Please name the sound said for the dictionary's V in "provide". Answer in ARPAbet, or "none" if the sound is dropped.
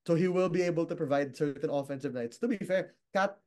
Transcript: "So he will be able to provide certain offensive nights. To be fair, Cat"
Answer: V